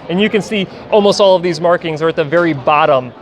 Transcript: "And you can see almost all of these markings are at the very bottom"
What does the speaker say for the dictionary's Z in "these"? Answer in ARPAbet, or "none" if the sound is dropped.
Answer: Z